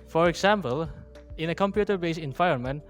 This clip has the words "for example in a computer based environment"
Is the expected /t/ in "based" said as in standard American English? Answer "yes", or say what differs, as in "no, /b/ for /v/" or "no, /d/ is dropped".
no, /t/ is dropped